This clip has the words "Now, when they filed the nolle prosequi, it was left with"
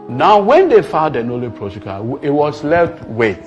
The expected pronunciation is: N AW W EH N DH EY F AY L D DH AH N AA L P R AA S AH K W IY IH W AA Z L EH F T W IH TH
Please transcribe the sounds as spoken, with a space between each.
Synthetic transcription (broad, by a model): N AW W EH N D EY F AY D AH N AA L P R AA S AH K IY IH W AA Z L EH F T W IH